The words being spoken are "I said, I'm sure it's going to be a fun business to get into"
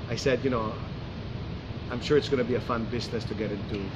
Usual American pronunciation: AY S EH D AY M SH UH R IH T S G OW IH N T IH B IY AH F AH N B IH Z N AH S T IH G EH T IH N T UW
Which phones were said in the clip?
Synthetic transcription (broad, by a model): AY S EH D AY M SH UH R IH T S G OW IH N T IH B IY AH F AH N B IH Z N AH S T IH G EH T IH N T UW